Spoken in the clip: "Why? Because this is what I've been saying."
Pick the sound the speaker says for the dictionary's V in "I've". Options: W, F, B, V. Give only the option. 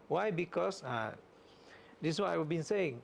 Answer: W